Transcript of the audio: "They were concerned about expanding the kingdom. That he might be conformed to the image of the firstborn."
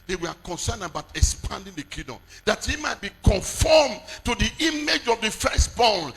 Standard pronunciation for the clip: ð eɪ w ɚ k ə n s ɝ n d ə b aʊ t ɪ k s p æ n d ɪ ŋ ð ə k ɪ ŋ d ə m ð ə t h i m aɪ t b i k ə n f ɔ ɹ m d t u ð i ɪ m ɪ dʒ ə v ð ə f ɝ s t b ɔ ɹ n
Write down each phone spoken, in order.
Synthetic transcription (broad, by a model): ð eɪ w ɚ k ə n s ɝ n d ə b aʊ t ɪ k s p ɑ n d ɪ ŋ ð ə k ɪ d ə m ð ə t h i m aɪ t b i k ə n f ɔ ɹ m t u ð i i m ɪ dʒ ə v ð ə f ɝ s t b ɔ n